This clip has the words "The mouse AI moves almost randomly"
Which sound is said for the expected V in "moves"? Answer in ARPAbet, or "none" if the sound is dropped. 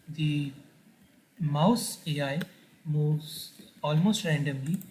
none